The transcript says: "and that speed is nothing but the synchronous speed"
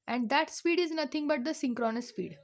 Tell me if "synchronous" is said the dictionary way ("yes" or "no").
yes